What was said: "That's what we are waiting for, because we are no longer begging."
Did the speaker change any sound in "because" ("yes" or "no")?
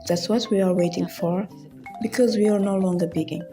no